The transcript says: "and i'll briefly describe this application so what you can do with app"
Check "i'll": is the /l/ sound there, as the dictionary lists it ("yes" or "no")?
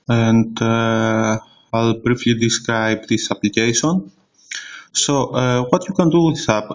yes